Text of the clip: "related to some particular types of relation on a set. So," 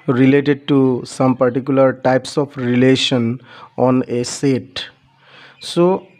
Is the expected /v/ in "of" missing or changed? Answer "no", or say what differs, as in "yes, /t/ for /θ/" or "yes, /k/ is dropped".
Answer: yes, /p/ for /v/